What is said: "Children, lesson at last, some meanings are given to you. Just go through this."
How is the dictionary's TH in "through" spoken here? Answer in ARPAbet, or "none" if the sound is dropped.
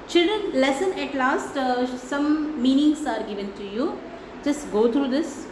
T